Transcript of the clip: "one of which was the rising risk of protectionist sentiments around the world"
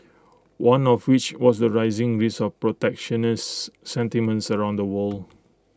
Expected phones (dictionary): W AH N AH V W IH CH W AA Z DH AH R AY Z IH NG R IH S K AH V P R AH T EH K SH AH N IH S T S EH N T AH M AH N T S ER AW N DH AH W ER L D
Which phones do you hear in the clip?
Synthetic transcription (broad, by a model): W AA N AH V W IH CH W AA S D AH R AY Z IH NG R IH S AH F P R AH T EH K SH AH N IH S S EH N T AH M AH N T S ER AW N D AH W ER L